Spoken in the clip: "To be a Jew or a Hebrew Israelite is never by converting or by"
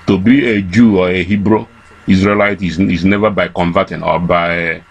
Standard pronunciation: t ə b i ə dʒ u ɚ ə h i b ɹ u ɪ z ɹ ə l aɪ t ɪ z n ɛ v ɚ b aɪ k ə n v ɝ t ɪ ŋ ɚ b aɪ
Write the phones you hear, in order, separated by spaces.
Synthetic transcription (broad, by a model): t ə b i ə dʒ u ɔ ə h i b ɹ u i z ɹ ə l aɪ t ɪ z n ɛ v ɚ b aɪ k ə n v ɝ t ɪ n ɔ b aɪ